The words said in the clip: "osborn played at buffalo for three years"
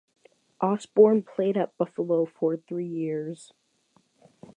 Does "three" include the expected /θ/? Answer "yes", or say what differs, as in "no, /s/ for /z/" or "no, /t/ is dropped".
yes